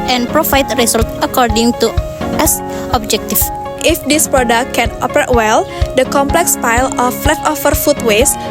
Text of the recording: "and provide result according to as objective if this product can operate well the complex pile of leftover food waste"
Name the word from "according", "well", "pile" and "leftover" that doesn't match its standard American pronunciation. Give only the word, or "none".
leftover